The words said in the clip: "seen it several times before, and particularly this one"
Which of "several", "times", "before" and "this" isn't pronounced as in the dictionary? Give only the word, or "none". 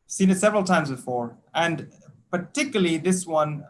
none